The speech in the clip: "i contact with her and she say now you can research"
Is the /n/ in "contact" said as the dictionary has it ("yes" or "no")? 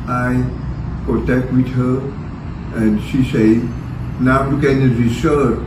no